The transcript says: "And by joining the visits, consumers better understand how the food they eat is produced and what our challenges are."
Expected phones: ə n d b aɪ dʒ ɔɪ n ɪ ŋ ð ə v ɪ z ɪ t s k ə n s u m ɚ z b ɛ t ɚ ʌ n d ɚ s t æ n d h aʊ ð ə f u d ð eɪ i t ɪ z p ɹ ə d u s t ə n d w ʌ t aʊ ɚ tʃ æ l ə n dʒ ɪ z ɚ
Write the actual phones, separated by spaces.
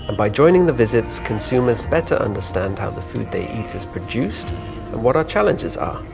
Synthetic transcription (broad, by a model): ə n b aɪ dʒ ɔɪ n ɪ ŋ ð ə v ɪ z ɪ t s k ə n s u m ɚ z b ɛ t ɚ ʌ n d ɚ s t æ n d h aʊ ð ə f u d ð eɪ i t ɪ z p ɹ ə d u s t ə n w ʌ t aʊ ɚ tʃ æ l ə n dʒ ɪ z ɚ